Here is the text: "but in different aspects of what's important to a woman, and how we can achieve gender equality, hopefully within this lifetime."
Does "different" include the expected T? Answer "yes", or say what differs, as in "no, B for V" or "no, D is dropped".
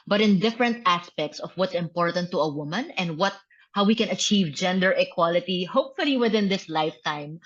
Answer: yes